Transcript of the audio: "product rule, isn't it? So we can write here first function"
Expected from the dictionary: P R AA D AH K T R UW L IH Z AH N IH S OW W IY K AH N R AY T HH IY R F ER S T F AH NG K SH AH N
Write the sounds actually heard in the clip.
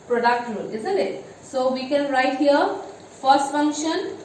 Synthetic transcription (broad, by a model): P R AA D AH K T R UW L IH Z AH L IH S OW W IY K AH N R AY T HH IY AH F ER S T F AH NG K SH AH N